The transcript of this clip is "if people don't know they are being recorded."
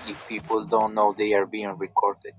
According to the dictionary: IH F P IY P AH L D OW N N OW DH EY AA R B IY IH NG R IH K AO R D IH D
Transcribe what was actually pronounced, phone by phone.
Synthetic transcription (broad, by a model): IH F P IY P AH L D OW N N OW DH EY AA R B IY IH NG R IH K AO R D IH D